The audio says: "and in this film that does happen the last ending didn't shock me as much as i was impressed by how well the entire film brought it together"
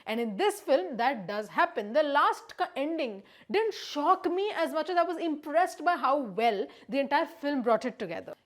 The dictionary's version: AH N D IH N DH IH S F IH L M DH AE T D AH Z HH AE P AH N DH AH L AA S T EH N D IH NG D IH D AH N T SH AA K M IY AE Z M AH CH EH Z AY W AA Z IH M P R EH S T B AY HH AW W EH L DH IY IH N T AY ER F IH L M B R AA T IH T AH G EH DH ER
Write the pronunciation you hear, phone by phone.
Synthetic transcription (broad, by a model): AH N D IH N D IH S F IH L M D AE T D AH Z HH AE P AH N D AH L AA S T EH N D IH NG D IH D AH N T SH AA K M IY AE Z M AH CH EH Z AY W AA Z IH M P R EH S T B AY HH AW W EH L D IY IH N T AY ER F IH L M B R AA T IH T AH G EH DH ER